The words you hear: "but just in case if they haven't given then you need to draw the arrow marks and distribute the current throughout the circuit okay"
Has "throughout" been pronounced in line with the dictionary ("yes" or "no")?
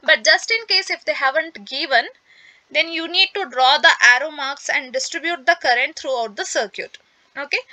no